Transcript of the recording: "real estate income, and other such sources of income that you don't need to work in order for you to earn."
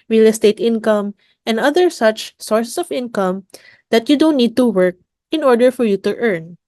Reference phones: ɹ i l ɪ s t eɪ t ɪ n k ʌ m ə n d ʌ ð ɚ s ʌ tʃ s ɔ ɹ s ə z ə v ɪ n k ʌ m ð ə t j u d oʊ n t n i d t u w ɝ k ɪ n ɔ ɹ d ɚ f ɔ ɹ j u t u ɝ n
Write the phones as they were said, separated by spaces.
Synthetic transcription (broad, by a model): ɹ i l ɪ s t eɪ t ɪ n k ʌ m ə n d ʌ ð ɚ s ʌ tʃ s ɔ ɹ s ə s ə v ɪ n k ʌ m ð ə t j u d oʊ n t n i d t u w ɝ k ɪ n ɔ ɹ d ɚ f ɔ ɹ j u t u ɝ n